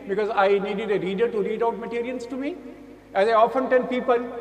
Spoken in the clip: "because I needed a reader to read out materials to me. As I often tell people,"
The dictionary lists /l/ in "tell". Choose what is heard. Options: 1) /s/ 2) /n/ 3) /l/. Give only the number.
2